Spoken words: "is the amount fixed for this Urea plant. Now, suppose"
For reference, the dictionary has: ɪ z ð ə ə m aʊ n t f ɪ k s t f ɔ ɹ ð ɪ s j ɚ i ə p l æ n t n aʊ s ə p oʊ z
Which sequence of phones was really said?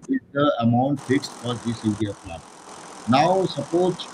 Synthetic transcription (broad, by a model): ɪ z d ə ə m aʊ n t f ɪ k s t f ɔ ɹ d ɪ s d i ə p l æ t n aʊ s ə p oʊ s